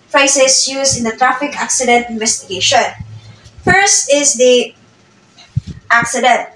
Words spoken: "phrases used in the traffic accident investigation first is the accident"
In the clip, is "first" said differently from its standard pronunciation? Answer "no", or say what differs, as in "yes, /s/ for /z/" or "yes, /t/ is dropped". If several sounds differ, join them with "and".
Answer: no